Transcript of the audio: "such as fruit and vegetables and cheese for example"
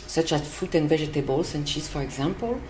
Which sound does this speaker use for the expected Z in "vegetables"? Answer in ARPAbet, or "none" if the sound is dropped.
S